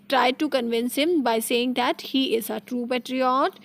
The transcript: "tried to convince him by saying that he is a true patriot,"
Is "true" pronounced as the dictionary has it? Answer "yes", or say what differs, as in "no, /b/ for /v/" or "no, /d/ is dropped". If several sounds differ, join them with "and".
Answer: yes